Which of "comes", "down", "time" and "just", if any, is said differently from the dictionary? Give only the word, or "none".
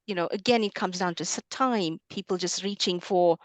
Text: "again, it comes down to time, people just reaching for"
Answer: none